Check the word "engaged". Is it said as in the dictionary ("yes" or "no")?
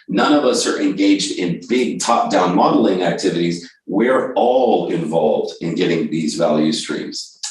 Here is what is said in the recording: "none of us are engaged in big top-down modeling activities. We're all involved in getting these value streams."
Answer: yes